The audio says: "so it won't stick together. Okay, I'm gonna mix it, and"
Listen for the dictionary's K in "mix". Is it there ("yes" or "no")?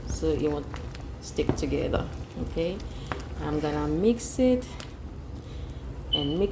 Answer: yes